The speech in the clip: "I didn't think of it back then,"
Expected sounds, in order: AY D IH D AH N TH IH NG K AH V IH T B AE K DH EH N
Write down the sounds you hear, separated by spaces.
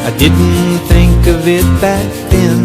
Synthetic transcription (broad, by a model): AY D IH D N TH IH NG K AH V IH T B AE K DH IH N